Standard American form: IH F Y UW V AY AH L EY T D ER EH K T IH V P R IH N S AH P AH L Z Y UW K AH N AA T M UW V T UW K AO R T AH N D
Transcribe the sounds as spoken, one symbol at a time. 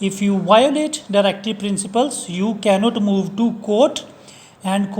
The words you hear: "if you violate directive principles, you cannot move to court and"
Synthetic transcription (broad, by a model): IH F Y UW V AY AH L EY T D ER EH K T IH P R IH N S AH P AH L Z Y UW K AH N AA T M UW V T UW K AO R T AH N D